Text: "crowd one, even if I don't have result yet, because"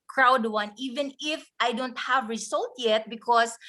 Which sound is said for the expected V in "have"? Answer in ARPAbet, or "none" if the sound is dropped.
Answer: V